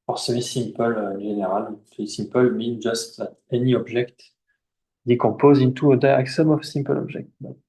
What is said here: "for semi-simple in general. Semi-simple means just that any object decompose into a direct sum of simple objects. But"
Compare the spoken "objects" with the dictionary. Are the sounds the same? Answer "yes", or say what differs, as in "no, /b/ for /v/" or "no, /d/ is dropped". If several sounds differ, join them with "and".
no, /ʒ/ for /dʒ/ and /s/ is dropped